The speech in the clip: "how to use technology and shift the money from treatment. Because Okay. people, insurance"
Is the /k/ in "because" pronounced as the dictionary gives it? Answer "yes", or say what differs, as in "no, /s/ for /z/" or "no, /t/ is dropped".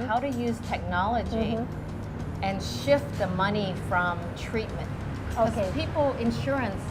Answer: no, /k/ is dropped